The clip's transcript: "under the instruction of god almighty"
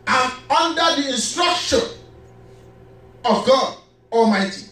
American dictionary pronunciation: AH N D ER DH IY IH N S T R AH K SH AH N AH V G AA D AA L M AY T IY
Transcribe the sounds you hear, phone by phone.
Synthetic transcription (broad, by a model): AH N D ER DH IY IH N S T R AH K SH AH N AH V G AA D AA L M AY T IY